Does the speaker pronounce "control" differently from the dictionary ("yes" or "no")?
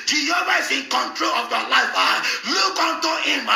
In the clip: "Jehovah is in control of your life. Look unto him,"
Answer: no